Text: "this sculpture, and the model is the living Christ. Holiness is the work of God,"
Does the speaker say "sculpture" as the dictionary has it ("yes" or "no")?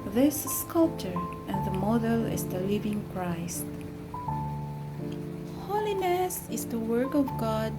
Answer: yes